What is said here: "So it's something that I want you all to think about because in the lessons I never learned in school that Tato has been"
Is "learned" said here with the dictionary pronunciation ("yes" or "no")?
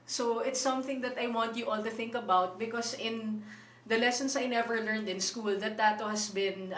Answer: yes